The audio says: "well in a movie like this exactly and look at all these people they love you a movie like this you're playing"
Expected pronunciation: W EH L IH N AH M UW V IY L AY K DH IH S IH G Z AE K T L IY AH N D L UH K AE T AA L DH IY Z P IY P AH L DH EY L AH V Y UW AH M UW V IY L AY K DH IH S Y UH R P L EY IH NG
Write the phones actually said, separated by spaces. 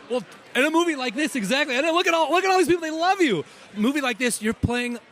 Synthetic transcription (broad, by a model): W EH L IH N AH M UW V IY L AY K DH IH S IH G Z AE K T L IY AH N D L UH K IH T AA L DH IY Z P IY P L DH EY L AH V Y UW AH M UW V IY L AY K DH IH S Y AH R P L EY IH NG